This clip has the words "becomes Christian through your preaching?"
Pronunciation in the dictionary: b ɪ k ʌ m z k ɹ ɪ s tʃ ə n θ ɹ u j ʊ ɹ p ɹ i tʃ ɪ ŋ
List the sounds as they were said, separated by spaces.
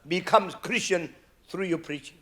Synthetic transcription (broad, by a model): b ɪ k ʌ m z k ɹ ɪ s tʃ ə n t ɹ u j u p ɹ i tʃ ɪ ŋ